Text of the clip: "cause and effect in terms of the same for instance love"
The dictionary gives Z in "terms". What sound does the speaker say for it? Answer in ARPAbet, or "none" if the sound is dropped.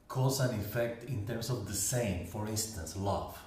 S